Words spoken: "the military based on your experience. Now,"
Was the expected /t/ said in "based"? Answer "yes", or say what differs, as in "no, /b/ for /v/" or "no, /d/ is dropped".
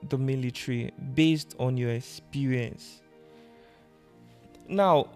yes